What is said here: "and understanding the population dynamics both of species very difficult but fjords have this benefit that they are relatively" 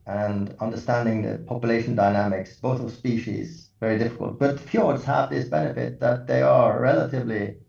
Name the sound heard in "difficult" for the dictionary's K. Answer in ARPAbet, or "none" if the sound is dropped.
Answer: K